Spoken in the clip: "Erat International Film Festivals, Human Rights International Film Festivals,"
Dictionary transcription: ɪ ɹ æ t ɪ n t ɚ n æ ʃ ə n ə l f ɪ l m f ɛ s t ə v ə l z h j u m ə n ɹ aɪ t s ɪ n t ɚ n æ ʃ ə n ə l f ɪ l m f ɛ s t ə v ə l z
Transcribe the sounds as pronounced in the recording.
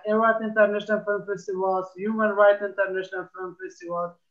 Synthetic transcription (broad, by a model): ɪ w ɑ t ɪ n t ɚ n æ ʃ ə n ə l f ɪ l m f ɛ s t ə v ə l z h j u m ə n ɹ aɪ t ɪ n t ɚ n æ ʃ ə n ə l f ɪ l m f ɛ s t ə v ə l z